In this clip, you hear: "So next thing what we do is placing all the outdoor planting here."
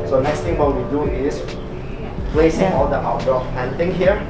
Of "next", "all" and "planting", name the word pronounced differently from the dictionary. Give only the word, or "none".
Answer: planting